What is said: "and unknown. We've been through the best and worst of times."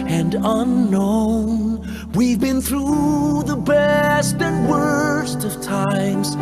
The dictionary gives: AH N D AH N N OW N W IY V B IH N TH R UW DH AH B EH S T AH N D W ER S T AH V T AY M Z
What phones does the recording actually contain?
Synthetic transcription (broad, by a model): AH N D AH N N OW N W IY V B IH N TH R UW DH AH B EH S T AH N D W ER S T AH V T AY M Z